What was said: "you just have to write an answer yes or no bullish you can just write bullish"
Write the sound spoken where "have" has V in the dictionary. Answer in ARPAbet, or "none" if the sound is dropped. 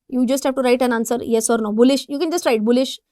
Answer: P